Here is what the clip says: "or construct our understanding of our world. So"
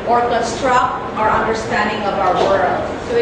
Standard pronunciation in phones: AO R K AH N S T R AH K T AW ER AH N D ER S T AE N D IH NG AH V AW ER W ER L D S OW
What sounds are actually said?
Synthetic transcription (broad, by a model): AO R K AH S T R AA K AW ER AH N D ER S T AE N D IH NG AH V AW ER W ER L D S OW